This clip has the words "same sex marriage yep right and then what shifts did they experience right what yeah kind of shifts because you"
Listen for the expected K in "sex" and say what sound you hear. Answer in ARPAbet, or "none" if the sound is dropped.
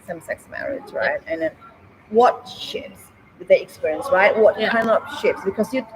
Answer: K